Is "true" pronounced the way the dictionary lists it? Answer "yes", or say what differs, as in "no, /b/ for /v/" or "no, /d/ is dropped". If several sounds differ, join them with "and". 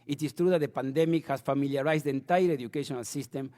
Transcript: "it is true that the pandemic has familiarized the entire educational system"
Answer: yes